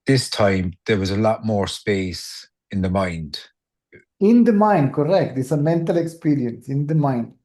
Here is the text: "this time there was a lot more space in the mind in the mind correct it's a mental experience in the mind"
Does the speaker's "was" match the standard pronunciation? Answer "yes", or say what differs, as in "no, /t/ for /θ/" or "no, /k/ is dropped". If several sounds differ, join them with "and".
yes